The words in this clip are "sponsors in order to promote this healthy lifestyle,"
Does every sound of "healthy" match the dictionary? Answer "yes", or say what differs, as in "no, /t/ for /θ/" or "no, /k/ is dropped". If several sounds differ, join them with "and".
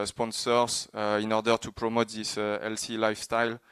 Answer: no, /s/ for /θ/